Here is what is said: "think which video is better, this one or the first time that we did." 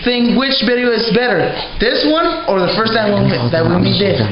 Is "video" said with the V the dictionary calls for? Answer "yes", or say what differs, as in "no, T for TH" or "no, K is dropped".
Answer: no, B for V